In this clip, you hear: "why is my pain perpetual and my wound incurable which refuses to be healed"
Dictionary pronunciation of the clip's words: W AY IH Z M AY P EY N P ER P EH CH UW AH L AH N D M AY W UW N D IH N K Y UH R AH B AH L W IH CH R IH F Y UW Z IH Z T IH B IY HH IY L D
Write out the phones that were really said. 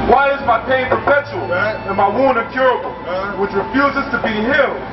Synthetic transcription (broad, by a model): W AY IH Z M AY P EY N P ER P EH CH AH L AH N M AY W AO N IH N K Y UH R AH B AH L W IH CH R IH F Y UW Z IH Z T IH B IY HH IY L